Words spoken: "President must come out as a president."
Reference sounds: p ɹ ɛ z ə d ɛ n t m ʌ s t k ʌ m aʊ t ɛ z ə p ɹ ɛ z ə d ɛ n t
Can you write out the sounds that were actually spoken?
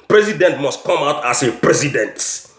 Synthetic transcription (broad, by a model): p ɹ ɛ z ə d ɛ n t m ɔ s t k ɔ m aʊ t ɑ s ə p ɹ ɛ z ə d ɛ n t